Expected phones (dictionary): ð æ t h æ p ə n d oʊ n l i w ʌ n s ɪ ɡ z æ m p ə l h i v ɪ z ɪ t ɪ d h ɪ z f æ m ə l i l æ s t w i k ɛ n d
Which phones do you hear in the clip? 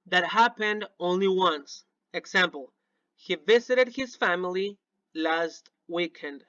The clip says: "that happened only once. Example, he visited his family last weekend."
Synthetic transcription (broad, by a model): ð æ t h æ p ə n d oʊ n l i w ʌ n s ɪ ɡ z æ m p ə l h i v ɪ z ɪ t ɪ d h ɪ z f æ m ə l i l æ s t w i k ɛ n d